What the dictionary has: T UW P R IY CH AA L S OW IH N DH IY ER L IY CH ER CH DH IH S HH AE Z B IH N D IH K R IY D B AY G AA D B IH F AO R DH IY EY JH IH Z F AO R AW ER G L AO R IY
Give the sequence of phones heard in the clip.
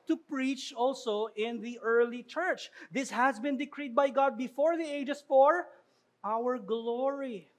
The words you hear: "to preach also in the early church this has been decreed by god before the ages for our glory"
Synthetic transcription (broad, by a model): T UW P R IY CH AA L S OW IH N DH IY ER L IY CH ER CH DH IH S HH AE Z B IH N D IH K R IY D B AY G AA D B IH F AO R DH IY EY JH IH S F AO R AW ER G L AO R IY